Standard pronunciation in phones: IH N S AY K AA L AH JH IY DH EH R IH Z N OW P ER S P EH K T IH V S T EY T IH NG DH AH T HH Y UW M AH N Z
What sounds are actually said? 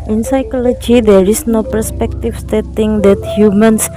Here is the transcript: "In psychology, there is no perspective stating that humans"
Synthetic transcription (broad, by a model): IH N S AY K AA L AH JH IY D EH R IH S N OW P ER S P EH K T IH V S T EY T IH NG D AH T HH Y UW M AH N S